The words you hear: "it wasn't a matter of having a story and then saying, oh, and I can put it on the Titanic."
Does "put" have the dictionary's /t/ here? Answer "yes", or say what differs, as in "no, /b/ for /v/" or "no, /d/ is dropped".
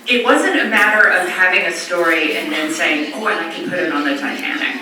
yes